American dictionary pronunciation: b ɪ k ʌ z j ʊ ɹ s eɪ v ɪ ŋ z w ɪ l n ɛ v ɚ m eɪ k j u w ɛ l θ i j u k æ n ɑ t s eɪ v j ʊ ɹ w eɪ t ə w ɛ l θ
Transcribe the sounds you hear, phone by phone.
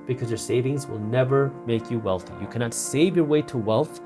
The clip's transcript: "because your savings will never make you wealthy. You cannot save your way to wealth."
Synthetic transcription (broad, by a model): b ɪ k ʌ z j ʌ ɹ s eɪ v ɪ ŋ z w ɪ l n ɛ v ɚ m eɪ k j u w ɛ l θ i j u k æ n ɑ t s eɪ v j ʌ ɹ w eɪ t ə w ɛ l θ